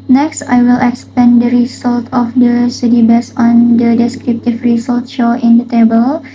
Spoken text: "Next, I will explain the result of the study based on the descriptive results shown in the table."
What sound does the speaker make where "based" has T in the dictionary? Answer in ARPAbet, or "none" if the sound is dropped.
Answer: none